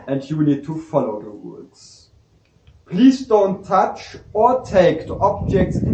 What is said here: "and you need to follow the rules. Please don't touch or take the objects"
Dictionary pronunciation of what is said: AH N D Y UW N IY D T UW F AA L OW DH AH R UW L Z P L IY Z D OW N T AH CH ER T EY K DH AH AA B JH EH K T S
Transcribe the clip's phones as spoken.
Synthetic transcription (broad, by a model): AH N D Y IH N IY D T UW F AA L OW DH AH W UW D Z P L IY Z D OW N T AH CH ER T EY K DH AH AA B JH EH K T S